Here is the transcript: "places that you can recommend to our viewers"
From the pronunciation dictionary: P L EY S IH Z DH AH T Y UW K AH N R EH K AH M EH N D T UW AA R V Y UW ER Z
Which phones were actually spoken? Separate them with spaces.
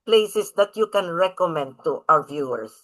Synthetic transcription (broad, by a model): P L EY S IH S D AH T Y UW K AH N R EH K AH M EH N D T UW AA W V Y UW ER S